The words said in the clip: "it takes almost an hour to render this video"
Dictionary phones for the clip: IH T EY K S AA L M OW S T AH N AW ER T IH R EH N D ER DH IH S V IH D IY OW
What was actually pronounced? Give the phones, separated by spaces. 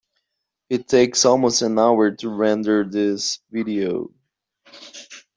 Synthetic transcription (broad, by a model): IH T EY K S AA L M OW S T AH N AW ER T IH R EH N D ER DH IH S V IH D IY OW